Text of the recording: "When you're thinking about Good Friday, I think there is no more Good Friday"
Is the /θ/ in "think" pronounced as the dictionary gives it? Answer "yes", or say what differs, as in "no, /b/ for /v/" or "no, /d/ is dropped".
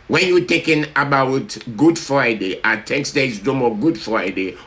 no, /t/ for /θ/